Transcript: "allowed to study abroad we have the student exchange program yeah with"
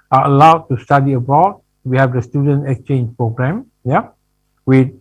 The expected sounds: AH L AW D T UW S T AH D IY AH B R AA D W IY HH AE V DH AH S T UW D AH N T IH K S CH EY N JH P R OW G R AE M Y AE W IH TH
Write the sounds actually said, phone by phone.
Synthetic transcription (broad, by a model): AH L AW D T UW S T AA D IY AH B AA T W IY HH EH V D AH S T UW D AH N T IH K S CH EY N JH P R OW G R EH M Y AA W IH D